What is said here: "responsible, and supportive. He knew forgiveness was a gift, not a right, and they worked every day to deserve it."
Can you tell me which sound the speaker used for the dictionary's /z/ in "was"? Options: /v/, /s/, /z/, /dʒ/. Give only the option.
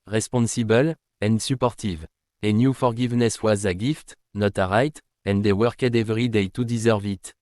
/z/